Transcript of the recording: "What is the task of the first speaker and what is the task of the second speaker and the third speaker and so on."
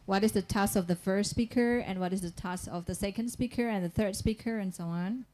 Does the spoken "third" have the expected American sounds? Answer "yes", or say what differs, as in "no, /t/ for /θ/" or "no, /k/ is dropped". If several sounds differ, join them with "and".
yes